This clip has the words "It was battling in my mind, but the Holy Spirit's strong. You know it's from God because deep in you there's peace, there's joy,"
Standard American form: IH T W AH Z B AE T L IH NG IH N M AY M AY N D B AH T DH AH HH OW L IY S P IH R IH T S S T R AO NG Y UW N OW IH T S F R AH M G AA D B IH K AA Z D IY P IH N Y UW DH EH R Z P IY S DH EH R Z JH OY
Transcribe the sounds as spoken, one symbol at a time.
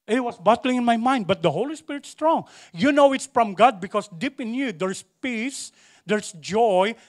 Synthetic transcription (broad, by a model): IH T W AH S B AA T L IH NG IH N M AY M AY N D B AH T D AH HH OW L IY S P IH R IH T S S T R AO NG Y UW N OW IH T S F R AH M G AA D B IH K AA S D IY P IH N Y UW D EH R S P IY S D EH R S JH OY